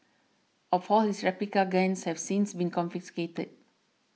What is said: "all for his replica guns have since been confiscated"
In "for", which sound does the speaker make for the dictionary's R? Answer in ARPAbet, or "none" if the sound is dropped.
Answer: L